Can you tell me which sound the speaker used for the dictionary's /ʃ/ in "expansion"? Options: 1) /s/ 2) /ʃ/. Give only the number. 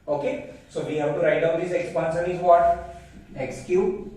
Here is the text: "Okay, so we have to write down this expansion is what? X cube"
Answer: 1